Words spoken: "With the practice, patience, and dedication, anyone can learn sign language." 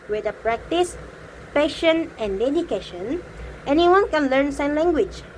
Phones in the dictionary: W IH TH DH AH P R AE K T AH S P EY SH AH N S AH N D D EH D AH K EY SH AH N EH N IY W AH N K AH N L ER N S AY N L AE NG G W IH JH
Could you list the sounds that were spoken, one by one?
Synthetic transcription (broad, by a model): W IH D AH P R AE K T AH S P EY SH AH N AH N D D EH D AH K EY SH AH N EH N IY W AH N K AH N L ER N S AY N L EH NG G W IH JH